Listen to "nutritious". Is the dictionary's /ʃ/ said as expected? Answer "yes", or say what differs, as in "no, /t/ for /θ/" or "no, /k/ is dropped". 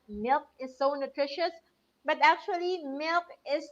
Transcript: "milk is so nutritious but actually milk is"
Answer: yes